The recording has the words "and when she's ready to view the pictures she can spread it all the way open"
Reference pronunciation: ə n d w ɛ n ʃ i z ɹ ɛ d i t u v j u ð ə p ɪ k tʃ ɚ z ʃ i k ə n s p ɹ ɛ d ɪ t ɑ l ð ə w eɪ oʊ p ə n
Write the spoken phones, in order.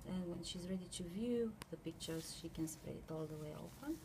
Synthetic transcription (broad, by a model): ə n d w ɛ n ʃ i z ɹ ɛ d i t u v j u ð ə p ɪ k tʃ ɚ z ʃ i k ə n s p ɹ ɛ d ɪ t ɑ l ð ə w eɪ oʊ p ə n